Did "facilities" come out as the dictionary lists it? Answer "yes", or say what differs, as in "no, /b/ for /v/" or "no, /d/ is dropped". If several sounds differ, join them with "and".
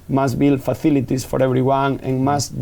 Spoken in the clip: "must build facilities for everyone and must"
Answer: no, /θ/ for /s/ and /s/ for /z/